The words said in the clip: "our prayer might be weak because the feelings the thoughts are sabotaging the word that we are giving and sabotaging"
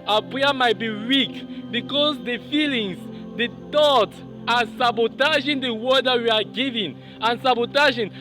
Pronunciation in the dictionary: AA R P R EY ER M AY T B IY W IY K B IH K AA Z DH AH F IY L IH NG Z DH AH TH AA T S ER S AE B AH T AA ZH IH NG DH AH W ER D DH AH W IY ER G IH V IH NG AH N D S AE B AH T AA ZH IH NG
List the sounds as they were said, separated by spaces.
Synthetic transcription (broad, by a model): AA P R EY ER M AY T B IY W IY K B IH K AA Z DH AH F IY L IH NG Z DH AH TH AA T ER S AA B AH T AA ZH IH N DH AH W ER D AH W IY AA G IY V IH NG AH N S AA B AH T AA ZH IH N